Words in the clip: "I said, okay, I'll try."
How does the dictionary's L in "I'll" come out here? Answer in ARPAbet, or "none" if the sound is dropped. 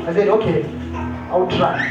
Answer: W